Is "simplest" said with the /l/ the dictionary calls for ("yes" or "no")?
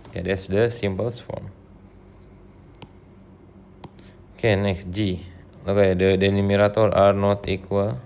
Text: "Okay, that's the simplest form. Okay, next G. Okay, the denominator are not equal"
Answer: no